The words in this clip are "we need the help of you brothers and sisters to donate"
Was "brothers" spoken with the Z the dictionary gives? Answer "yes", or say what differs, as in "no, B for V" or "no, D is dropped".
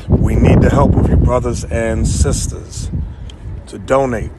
yes